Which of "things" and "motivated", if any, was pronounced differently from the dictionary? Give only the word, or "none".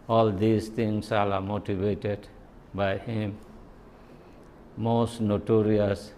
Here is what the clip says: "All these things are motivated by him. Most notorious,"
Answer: things